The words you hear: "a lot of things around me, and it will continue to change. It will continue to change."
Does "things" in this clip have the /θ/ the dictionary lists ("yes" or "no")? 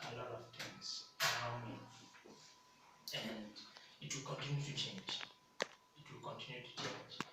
no